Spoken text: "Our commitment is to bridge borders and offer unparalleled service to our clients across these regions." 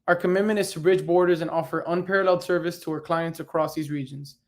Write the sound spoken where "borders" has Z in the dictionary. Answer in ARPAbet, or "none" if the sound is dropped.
Z